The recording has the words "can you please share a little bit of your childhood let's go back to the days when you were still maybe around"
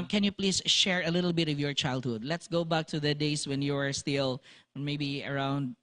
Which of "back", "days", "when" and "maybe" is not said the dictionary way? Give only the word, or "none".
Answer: days